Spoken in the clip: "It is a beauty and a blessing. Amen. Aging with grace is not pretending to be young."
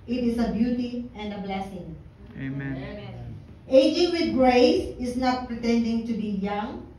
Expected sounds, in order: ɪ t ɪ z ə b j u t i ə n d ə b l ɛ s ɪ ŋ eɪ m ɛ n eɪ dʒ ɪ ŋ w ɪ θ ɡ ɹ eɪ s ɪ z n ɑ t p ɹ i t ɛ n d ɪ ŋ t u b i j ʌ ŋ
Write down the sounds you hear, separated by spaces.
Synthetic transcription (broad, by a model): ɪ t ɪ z ə b j u t i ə n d ə b l ɛ s ɪ ŋ eɪ ɪ dʒ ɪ ŋ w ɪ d ɡ ɹ eɪ s ɪ z n ɑ t p ɹ i t ɛ n d ɪ ŋ t u b i j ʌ ŋ